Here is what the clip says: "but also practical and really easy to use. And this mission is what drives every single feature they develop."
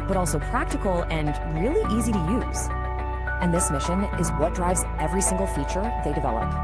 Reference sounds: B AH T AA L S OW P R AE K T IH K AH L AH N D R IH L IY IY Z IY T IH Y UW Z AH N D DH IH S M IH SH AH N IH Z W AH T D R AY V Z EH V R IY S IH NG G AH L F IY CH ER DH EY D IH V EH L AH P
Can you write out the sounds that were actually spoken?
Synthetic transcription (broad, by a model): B AH T AA L S OW P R AE K T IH K L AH N R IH L IY IY Z IY T IH Y UW Z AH N DH IH S M IH SH AH N IH Z W AH T D R AY V Z EH V R IY S IH NG G L F IY CH ER DH EY D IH V EH L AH P